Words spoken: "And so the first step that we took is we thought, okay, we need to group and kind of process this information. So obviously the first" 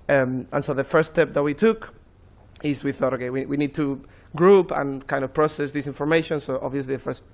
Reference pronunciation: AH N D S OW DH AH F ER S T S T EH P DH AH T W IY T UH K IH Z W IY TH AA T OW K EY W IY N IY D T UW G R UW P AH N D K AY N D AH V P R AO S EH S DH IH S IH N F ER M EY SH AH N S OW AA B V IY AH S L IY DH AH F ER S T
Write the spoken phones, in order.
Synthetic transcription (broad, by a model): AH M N S OW DH AH F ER T S T EH P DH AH T W IY T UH K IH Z W IY TH AA T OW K EY W IY N IY D T UW G R UW P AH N K AY N D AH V P R AO S EH S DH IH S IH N F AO M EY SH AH N S OW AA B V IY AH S L IY DH AH F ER S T